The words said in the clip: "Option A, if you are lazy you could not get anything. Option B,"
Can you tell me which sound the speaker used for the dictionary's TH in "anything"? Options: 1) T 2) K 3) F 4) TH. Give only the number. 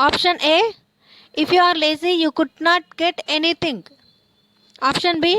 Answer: 1